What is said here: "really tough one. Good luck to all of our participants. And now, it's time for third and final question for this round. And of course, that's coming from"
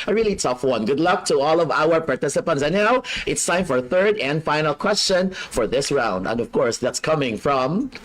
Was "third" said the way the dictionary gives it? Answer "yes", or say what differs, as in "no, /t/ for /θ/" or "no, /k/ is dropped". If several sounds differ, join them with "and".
yes